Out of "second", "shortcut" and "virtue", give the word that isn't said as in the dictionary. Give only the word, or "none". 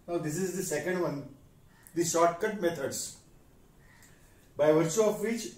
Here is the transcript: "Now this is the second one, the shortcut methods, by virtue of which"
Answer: none